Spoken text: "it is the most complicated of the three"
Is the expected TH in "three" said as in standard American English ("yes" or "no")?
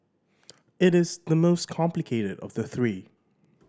yes